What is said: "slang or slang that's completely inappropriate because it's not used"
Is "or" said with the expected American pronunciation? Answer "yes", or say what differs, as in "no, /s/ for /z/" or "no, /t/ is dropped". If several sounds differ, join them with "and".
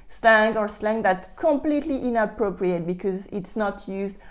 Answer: yes